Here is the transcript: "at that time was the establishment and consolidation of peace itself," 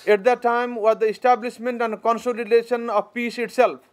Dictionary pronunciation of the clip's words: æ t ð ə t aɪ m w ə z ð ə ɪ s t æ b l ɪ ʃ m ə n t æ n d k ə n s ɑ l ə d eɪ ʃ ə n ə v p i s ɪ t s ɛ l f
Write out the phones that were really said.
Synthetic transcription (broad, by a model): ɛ t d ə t aɪ m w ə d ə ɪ s t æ b l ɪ s m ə n t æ n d k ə n s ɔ l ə d eɪ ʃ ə n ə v p i s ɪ t s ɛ l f